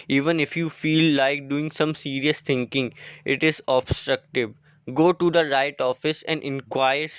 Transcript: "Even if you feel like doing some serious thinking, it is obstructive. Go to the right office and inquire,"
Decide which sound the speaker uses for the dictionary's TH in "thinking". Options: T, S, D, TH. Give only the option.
T